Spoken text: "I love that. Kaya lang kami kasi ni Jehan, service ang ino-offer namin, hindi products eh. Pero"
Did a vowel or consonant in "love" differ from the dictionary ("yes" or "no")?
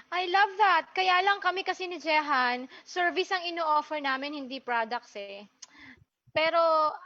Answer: no